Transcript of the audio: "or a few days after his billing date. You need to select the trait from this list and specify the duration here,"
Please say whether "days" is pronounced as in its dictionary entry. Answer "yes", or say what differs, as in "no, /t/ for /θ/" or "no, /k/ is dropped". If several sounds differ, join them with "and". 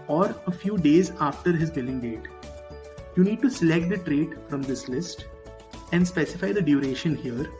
yes